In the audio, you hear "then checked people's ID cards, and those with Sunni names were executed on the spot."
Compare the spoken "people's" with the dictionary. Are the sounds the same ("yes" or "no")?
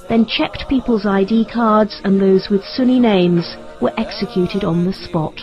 yes